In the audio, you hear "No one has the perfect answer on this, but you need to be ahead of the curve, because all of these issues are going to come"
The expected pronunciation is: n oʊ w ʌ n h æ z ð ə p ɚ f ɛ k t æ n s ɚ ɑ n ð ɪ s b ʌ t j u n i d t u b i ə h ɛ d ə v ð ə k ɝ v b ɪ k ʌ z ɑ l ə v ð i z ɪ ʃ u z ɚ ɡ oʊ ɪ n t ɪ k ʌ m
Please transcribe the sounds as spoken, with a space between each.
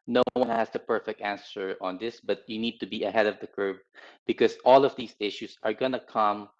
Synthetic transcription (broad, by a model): n oʊ w ʌ n h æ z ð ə p ɚ f ɛ k t æ n s ɚ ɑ n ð ɪ s b ʌ t j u n i d t u b i ə h ɛ d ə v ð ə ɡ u p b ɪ k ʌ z ɑ l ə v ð i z ɪ ʃ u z ɚ ɡ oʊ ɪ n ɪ k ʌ m